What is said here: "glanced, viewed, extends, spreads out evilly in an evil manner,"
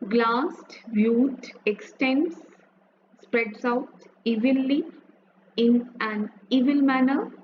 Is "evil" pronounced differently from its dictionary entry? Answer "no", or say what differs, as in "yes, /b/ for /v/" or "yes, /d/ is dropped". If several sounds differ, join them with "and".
no